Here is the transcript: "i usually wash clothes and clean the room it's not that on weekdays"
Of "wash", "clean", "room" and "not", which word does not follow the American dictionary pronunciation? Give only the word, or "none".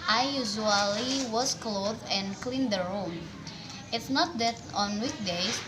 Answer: wash